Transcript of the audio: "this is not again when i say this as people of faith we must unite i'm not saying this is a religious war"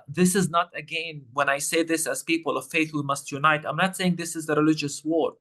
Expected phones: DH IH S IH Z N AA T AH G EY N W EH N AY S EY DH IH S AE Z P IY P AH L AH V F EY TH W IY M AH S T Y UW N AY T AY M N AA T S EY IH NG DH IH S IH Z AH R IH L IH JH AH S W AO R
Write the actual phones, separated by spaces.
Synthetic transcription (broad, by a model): DH IH S IH Z N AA T AH G EY N W EH N AY S EY DH IH S AE Z P IY P AH L AH V F EY TH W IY M AH S T Y UW N AY T AY M N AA T S EY IH NG DH IH S IH Z AH R IH L IH JH AH S W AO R